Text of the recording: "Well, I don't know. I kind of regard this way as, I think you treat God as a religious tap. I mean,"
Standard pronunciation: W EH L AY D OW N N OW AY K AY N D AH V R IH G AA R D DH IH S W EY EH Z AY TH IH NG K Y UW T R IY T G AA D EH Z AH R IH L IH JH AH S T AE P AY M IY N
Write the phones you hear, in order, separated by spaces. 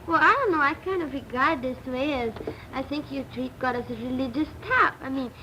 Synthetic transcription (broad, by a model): W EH L AY D OW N N OW AY K AY N D AH V R IH G AA R D DH IH S W EY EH Z AY TH IH NG K Y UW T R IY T G AA D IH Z AH R IH L IH JH AH S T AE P AY M IY N